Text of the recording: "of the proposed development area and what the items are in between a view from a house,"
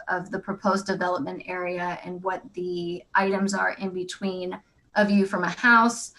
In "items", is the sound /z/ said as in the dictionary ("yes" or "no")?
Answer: yes